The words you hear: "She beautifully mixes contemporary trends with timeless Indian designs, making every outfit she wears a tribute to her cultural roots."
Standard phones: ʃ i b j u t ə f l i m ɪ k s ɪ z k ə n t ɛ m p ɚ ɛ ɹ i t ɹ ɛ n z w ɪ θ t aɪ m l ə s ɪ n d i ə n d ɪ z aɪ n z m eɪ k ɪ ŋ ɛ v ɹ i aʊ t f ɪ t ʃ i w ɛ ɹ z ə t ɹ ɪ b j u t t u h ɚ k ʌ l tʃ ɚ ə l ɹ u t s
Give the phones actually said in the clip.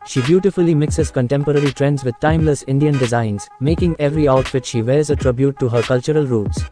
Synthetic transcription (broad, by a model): ʃ i b j u t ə f l i m ɪ k s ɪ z k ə n t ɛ m p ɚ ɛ ɹ i t ɹ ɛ n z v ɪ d t aɪ m l ə s ɪ n d i ə n d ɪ z aɪ n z m eɪ k ɪ ŋ ɛ v ɹ i aʊ t f ɪ t ʃ i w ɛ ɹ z ə t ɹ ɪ b j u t t u h ɚ k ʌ l tʃ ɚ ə l ɹ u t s